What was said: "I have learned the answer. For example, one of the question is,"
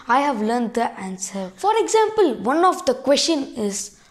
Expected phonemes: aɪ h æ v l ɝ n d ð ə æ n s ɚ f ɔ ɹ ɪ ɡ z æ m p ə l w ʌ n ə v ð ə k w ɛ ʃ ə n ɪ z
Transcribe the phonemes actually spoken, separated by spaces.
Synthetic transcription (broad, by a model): aɪ h æ v l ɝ n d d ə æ n s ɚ f ɔ ɹ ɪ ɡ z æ m p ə l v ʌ n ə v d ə k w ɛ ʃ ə n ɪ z